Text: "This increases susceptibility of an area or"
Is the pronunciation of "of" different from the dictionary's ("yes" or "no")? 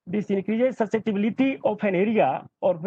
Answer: yes